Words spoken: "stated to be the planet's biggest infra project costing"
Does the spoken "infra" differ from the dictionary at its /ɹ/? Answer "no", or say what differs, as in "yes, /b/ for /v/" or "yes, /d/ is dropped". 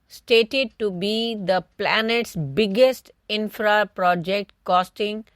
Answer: no